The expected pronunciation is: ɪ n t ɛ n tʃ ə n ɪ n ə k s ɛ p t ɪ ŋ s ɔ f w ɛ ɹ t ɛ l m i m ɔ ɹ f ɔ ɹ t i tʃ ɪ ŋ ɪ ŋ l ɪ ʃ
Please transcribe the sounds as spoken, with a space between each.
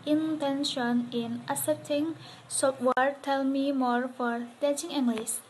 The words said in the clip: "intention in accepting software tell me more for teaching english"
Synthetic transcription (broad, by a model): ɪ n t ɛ n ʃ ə n ɪ n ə s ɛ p t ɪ ŋ s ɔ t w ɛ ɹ t ɛ l m i m ɔ ɹ f ɔ ɹ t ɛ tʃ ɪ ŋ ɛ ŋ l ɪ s